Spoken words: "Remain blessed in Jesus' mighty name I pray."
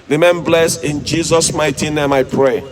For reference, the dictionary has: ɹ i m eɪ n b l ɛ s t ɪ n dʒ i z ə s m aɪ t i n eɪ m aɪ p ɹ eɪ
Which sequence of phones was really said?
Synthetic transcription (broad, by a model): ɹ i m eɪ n b l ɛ s ɪ n dʒ i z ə s m aɪ t i n eɪ m aɪ p ɹ eɪ